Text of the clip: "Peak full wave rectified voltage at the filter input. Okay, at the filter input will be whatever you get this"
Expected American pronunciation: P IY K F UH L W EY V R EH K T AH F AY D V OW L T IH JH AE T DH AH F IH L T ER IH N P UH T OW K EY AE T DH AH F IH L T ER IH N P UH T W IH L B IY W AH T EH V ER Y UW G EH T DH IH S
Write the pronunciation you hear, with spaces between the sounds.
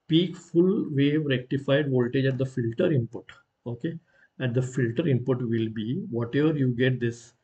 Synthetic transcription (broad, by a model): P IY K F UH L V EY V R EH K T AH F AY D V OW L T IH JH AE T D AH F IH L T ER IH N P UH T OW K EY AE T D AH F IH L T ER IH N P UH T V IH L B IY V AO T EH V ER Y UW G EH T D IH S